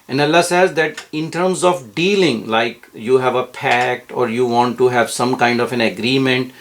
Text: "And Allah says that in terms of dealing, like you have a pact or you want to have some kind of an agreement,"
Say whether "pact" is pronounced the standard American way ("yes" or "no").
yes